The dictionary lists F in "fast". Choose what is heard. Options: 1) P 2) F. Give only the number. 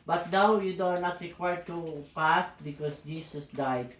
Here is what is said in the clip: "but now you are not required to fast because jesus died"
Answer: 1